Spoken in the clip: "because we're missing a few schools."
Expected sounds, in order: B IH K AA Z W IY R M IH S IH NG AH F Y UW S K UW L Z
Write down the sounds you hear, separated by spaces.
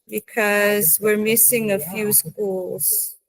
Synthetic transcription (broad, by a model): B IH K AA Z W IY R M IH S IH NG AH F Y UW S K UW L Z